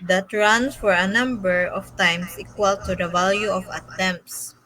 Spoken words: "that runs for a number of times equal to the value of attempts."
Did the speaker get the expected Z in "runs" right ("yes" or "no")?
no